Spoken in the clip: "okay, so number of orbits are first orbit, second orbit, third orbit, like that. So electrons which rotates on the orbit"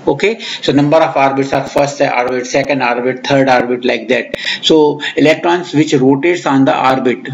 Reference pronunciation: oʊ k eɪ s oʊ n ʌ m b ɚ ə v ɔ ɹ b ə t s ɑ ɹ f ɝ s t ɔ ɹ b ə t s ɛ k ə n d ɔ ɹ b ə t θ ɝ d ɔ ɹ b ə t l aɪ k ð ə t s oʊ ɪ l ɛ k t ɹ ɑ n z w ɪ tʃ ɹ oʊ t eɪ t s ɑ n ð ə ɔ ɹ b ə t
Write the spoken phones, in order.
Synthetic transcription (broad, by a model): oʊ k eɪ s oʊ n ʌ m b ɚ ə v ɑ ɹ b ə t s ɑ ɹ f ɝ s t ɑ ɹ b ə t s ɛ k ə n d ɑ ɹ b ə t t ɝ d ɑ ɹ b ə t l aɪ k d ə t s oʊ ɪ l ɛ k t ɹ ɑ n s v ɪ tʃ ɹ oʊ t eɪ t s ɑ n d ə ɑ ɹ b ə t